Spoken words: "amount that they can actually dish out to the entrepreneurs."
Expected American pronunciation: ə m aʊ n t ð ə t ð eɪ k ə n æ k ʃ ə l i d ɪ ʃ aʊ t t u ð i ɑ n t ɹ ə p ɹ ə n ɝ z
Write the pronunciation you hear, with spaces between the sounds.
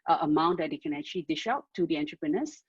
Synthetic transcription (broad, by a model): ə m aʊ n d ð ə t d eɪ k ə n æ k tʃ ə l i d ɪ ʃ aʊ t t u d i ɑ n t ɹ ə p ɹ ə n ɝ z